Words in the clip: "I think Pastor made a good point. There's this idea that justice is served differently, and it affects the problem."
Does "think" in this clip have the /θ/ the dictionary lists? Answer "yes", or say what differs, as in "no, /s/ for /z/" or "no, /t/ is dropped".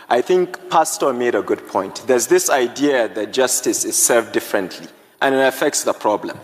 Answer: yes